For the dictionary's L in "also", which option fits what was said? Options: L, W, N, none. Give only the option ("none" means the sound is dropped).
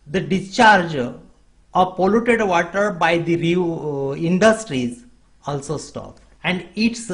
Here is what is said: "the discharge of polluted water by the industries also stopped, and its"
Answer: L